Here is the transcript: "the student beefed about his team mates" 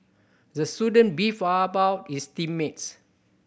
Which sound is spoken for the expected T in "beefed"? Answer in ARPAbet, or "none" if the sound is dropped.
none